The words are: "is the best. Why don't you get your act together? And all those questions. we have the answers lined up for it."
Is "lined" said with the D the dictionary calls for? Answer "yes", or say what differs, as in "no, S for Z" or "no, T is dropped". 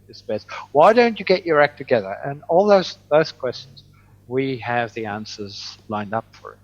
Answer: yes